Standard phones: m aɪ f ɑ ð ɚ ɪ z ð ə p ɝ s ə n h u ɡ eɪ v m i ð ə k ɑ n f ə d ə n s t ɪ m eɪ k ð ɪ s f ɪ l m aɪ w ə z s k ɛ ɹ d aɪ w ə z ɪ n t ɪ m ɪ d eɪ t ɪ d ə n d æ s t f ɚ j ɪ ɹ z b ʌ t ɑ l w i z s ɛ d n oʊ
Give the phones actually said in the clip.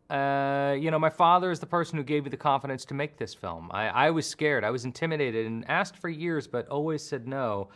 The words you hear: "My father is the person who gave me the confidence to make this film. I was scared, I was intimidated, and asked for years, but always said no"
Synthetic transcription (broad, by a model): m aɪ f ɑ ð ɚ ɪ z ð ə p ɝ s n h u ɡ eɪ v m i ð ə k ɑ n f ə d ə n s t ɪ m eɪ k ð ɪ s f ɪ l m aɪ w ə z s k ɛ ɹ d aɪ w ə z ɪ n t ɪ m ɪ d eɪ t ɪ d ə n æ s t f ɚ j ɪ ɹ z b ʌ t ɑ l w i z s ɛ d n oʊ